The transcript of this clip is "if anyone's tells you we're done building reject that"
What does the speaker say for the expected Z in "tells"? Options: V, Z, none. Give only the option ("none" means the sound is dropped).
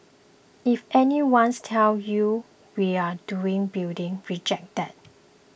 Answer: none